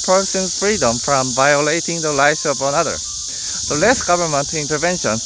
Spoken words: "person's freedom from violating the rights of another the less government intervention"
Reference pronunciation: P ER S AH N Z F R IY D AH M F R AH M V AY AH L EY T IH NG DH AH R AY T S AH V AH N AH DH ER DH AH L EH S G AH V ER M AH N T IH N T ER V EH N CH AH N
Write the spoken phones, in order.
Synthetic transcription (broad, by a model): P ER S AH N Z F R IY D AH M F R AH M V AY AH L EY T IH NG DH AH L AY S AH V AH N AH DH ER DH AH L EH S G AH V ER M AH N T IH N T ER V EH N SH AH N